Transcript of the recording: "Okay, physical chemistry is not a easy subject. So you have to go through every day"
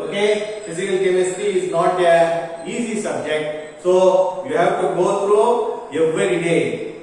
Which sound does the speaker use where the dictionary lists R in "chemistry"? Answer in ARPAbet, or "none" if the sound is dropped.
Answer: none